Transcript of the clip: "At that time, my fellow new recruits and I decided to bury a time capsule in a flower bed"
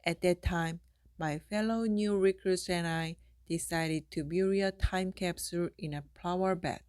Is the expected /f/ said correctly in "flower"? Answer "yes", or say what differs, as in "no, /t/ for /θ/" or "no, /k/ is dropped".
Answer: no, /p/ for /f/